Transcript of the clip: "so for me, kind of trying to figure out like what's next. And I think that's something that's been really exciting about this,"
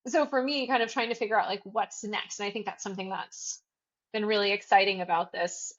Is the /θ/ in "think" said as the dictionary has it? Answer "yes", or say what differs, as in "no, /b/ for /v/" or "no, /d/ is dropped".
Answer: yes